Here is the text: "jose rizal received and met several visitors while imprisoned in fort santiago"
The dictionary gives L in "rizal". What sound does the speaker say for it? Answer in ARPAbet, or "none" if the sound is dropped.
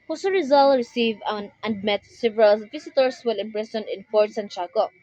L